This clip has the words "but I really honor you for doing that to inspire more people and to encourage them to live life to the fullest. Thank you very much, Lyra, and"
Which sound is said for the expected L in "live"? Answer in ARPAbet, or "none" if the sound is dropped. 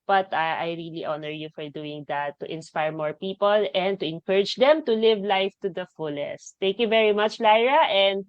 L